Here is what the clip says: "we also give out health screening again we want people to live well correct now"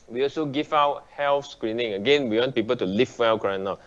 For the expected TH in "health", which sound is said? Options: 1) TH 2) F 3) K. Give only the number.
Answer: 2